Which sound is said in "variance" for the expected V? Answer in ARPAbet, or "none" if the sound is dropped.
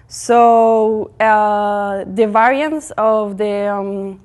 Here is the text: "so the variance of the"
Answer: V